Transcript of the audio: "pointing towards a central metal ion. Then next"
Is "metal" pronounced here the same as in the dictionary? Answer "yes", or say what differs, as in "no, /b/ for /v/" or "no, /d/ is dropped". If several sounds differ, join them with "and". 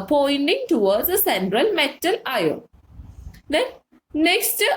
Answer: yes